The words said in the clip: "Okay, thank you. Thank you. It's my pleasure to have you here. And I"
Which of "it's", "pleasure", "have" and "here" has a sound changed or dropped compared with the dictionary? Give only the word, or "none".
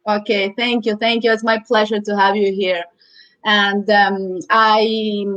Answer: none